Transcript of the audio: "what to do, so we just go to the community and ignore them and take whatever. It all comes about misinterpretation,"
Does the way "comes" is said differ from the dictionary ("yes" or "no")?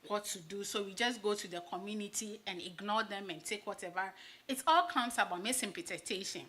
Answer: yes